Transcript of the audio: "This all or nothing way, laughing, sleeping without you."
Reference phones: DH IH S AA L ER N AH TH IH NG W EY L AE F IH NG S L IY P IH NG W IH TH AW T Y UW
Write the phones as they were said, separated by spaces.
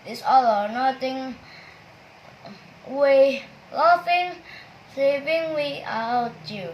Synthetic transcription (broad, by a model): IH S AA L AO N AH T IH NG W EY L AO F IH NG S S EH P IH NG W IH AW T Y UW